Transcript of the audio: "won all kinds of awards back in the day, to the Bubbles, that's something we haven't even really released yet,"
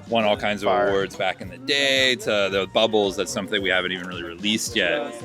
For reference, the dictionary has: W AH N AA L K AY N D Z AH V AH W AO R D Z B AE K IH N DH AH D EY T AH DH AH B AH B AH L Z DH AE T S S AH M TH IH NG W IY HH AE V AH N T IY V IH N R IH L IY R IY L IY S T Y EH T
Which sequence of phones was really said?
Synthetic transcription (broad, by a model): W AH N AA L K AY N D Z AH V AH W AO R D Z B AE K IH N DH AH D EY T AH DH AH B AH B L Z DH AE T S S AH M TH IH NG W IY HH AE V AH N T IY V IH N R IH L IY R IY L IY S T Y EH T